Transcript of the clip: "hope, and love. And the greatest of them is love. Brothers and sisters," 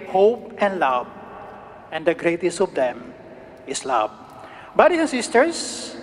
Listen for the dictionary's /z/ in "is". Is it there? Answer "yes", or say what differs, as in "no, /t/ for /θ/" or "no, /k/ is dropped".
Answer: no, /s/ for /z/